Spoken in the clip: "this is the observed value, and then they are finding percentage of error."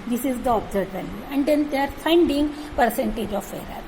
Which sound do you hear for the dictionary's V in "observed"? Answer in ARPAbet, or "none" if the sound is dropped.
none